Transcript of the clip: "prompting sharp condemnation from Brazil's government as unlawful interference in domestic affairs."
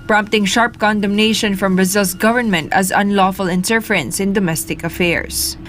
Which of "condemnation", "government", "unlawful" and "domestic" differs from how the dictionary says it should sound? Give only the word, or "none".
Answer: none